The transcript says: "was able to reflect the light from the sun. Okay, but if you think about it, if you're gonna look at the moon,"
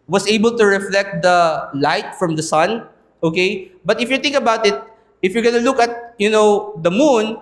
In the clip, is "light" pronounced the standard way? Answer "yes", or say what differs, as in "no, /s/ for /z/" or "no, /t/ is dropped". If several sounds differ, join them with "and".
yes